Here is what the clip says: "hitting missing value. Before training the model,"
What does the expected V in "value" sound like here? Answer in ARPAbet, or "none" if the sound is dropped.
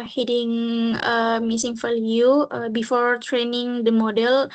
F